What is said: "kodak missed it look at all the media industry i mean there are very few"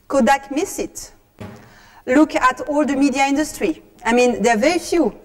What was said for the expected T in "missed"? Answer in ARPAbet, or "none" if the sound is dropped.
none